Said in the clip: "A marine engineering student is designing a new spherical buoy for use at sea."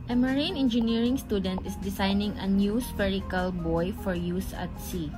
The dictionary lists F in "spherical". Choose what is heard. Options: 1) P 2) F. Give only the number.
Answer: 1